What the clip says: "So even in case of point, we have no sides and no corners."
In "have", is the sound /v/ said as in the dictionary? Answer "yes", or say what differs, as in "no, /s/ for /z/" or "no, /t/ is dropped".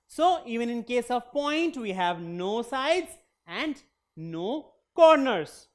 yes